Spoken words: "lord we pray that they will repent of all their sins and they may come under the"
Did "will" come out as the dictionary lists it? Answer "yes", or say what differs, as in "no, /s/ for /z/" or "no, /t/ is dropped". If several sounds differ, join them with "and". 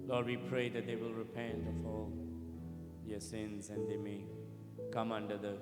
yes